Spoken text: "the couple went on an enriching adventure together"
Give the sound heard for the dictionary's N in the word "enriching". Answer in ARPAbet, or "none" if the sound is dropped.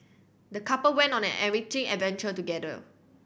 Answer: none